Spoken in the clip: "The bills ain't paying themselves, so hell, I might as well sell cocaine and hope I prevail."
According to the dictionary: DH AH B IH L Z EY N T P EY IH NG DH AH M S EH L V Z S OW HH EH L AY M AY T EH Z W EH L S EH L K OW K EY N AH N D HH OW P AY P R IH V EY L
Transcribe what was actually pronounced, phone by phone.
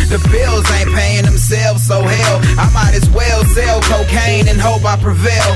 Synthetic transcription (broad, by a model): DH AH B IH L Z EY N P EY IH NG DH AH M S EH L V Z S OW HH EH L AY M AY T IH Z W EH L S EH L K OW K EY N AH N HH OW P AY P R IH V EY L